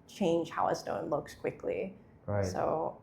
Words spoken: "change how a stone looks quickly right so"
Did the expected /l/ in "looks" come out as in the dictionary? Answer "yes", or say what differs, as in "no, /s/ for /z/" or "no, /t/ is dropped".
yes